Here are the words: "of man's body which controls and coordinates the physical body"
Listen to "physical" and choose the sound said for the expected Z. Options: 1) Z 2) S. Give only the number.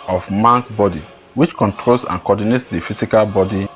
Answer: 2